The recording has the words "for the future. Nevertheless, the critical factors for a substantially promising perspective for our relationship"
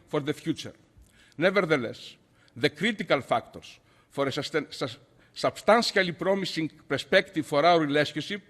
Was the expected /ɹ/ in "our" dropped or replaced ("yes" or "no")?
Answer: yes